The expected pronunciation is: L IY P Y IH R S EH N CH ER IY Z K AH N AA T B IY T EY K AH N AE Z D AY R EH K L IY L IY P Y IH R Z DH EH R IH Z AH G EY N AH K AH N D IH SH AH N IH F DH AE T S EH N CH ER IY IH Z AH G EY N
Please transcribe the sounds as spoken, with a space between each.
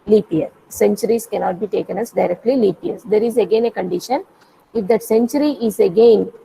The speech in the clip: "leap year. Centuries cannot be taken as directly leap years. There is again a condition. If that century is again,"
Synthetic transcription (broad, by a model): L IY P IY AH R S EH N CH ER IY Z K AH N AA T B IY T EY K AH N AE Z D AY R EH K L IY L IY P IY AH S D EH R IH Z AH G EY N AH K AH N D IH SH AH N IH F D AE T S EH N CH ER IY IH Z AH G EY N